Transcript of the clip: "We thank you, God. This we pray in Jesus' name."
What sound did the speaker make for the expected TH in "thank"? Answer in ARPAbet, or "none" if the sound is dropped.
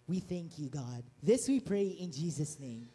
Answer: TH